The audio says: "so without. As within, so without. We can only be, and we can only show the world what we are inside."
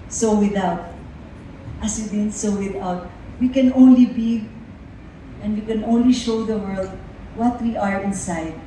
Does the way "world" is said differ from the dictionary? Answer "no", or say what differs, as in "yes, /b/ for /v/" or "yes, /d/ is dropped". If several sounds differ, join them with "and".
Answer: no